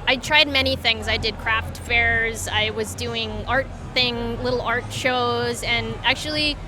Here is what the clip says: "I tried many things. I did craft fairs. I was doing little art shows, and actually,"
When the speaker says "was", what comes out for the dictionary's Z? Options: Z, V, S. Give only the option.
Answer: Z